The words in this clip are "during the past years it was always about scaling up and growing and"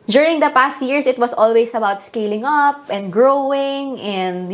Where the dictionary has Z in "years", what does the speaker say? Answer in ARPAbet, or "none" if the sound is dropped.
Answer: S